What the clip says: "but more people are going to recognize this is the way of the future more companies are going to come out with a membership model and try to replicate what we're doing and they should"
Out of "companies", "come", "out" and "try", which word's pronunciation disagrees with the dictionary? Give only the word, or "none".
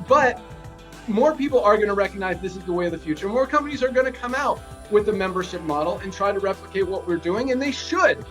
none